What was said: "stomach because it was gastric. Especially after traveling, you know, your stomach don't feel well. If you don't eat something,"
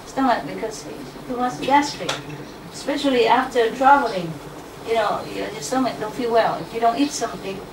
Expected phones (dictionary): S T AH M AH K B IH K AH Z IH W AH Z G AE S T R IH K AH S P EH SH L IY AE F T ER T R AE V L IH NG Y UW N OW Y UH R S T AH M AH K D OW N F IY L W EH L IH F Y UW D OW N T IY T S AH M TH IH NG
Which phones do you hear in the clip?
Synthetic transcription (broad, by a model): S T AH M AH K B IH K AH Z IH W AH S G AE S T IH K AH S P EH SH L IY AE F T ER T R AE V L IH NG Y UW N OW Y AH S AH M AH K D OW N F IY L W EH L IH F Y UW D OW N T IY T S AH M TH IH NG